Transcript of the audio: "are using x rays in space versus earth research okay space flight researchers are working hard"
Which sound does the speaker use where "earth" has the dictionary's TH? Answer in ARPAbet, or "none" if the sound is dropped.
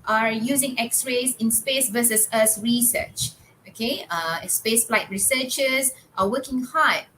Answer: S